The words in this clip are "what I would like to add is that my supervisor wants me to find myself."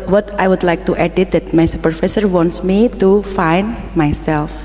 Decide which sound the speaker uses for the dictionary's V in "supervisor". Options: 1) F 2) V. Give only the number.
1